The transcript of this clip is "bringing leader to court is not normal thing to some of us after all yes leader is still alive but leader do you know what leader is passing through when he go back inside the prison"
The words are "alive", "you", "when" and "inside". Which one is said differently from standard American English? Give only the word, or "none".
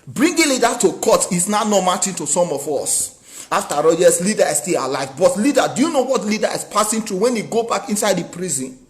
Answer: none